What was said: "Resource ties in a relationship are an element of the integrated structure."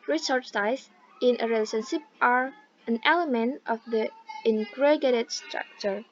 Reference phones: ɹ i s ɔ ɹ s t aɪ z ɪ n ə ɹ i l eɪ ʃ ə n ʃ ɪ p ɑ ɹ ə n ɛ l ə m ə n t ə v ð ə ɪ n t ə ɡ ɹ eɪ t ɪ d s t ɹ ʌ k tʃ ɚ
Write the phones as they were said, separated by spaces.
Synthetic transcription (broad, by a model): ɹ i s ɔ ɹ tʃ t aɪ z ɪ n ə ɹ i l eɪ s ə n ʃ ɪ p ɑ ɹ ə n ɛ l ə m ə n t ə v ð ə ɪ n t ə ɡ eɪ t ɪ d s t ɹ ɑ k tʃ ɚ